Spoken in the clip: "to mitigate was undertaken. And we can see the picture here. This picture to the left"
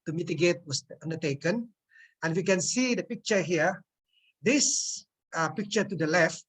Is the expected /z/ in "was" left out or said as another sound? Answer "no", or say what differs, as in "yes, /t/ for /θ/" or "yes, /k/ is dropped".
yes, /s/ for /z/